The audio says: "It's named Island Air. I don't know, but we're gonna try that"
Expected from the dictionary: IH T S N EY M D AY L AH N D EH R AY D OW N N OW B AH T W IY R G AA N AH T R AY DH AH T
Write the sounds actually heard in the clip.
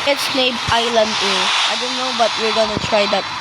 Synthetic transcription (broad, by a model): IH T S N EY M AY L AH N D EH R AY D OW N N OW B AH T W IY R G AA N AH T R AY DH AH T